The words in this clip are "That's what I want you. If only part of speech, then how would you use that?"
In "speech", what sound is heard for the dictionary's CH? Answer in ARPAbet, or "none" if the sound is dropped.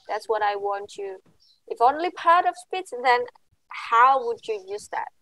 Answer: S